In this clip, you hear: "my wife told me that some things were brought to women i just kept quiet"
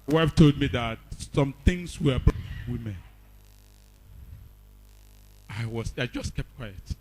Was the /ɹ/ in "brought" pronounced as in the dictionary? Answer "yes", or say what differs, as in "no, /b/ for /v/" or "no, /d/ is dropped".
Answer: no, /w/ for /ɹ/